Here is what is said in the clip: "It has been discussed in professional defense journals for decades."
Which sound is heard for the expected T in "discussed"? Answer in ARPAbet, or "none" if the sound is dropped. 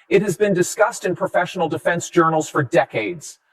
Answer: T